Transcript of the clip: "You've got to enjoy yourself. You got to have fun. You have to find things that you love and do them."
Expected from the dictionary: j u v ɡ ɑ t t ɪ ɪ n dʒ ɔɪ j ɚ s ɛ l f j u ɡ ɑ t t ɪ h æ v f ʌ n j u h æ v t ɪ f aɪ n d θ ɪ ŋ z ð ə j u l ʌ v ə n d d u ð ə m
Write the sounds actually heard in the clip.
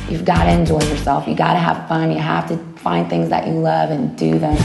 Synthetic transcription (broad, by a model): j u v ɡ ɑ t t ɪ ɪ n dʒ ɔɪ j ɚ s ɛ l f j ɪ ɡ ɑ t t ɪ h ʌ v f ʌ n j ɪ h æ f t ɪ f aɪ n θ ɪ ŋ z ð ə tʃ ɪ l ʌ v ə n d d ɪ ð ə m